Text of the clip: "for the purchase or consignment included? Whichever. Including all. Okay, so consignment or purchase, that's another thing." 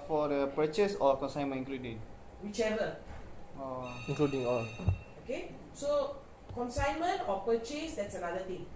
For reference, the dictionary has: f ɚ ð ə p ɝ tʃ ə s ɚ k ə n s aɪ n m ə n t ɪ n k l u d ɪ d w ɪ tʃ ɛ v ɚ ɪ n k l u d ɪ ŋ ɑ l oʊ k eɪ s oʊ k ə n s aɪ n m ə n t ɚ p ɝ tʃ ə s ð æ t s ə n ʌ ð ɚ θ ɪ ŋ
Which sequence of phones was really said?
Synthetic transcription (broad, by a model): f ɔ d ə p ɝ tʃ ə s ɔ k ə n s aɪ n m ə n ɪ k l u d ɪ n w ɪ tʃ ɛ v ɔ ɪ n k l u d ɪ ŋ ɑ l oʊ k eɪ s oʊ k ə n s aɪ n m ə n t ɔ p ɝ tʃ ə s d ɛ t s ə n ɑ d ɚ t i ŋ